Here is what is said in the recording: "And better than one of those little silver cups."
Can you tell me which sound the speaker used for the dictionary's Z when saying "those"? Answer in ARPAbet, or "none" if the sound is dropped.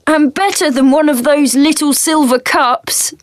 Z